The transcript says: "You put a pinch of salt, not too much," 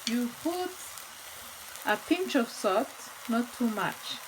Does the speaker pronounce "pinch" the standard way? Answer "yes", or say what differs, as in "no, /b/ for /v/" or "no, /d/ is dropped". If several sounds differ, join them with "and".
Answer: yes